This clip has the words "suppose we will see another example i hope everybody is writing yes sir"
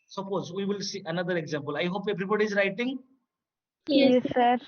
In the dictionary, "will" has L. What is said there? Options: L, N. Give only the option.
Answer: L